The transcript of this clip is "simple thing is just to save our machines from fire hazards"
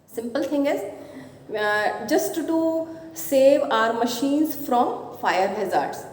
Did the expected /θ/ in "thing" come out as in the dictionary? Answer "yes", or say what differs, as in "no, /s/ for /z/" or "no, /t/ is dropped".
no, /t/ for /θ/